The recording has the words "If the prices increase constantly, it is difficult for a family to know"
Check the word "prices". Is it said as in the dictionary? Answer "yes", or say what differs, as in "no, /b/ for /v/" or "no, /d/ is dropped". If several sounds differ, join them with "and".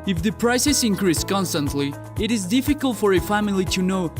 no, /s/ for /z/